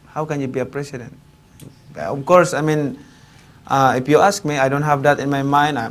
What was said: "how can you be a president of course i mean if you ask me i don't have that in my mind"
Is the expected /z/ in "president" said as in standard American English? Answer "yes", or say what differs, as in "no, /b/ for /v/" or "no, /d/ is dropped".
no, /s/ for /z/